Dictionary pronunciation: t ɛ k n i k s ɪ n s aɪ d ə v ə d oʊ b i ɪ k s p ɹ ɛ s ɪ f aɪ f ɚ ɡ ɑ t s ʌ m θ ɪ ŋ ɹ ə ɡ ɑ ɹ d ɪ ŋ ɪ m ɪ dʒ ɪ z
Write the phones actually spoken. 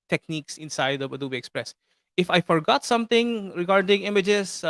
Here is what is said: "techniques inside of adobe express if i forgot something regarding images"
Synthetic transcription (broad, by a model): t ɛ k n i k s ɪ n s aɪ d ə b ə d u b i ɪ k s p ɹ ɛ s ɪ f aɪ f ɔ ɡ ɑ t s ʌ m t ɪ ŋ ɹ ə ɡ ɑ ɹ d ɪ ŋ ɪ m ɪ dʒ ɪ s